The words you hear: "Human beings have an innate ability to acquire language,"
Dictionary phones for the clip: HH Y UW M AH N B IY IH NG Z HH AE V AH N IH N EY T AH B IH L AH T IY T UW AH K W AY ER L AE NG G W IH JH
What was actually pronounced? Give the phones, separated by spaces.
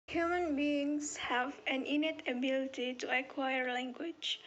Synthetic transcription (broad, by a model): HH Y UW M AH N B IY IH NG S HH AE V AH N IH N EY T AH B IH L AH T IY T UW AH K W AY ER L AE NG G W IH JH